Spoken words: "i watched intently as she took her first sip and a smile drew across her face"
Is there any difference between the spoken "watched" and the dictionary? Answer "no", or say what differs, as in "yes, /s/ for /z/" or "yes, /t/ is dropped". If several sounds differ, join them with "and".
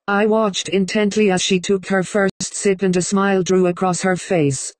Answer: no